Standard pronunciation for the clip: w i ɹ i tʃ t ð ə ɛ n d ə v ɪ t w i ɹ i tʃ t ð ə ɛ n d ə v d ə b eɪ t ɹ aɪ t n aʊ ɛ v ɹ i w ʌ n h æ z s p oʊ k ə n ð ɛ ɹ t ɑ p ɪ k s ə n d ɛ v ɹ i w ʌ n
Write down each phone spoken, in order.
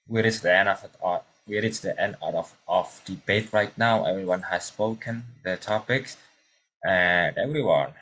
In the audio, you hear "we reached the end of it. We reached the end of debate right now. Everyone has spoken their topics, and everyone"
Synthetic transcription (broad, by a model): w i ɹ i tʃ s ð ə ɛ n d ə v ɪ t w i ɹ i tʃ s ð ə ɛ n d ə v d ə b eɪ t ɹ aɪ t n aʊ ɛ v ɹ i w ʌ n h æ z s p oʊ k ə n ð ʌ t ɑ p ɪ k s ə n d ɛ v ɹ i w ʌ n